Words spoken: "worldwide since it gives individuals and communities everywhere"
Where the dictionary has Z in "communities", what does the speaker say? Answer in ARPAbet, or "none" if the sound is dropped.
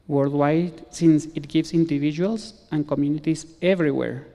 S